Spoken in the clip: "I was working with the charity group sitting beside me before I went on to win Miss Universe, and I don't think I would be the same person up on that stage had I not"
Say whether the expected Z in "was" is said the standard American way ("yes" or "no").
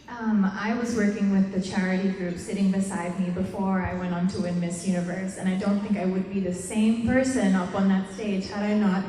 yes